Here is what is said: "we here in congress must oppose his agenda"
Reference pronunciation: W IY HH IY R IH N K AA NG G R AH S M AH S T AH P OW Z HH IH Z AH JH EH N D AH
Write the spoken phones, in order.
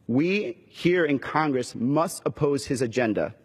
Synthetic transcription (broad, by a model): W IY HH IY R IH N K AA NG G R AH S M AH S T AH P OW Z HH IH Z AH JH EH N D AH